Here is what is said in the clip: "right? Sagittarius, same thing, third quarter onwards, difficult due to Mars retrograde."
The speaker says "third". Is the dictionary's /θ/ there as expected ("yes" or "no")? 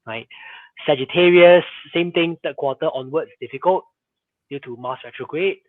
no